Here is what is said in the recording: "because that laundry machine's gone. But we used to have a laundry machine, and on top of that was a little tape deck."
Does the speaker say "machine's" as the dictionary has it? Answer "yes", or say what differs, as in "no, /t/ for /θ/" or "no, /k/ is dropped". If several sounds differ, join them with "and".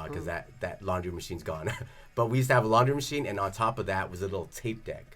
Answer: yes